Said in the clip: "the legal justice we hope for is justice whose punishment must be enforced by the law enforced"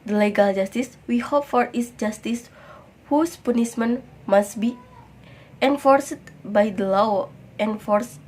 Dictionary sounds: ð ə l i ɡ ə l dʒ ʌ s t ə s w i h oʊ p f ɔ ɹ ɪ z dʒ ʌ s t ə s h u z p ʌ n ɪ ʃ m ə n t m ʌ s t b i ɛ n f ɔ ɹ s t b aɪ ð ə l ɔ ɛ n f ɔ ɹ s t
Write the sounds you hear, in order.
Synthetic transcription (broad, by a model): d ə l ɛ ɡ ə l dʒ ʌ s t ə s w i h oʊ p f ɔ ɹ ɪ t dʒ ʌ s t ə s h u s p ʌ n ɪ s m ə n m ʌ s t b i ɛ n f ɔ ɹ s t b aɪ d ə l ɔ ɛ n f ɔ ɹ s